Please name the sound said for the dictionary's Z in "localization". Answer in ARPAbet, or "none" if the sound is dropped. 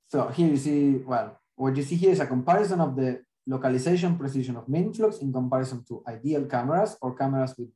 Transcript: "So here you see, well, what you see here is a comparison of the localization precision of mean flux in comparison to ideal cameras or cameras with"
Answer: S